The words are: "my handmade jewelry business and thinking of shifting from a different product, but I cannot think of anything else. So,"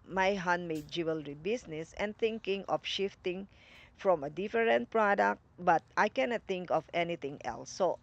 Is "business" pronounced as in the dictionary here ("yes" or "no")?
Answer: no